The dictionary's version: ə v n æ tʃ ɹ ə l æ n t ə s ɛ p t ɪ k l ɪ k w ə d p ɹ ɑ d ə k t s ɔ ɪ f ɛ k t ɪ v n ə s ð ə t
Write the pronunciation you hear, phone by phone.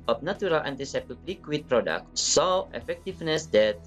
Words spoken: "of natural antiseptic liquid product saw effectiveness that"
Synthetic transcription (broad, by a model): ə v n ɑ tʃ ɹ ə l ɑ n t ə s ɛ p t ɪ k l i k w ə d p ɹ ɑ d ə k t s ɔ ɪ f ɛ k t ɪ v n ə s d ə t